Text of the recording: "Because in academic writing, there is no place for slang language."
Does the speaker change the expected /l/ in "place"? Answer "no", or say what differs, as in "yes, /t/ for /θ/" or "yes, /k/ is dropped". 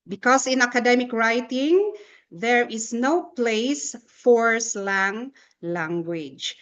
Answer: no